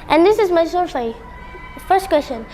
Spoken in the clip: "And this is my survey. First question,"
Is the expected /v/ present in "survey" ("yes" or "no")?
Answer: no